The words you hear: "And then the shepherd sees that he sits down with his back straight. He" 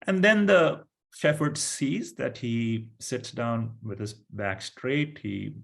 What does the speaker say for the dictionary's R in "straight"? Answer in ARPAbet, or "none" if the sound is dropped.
R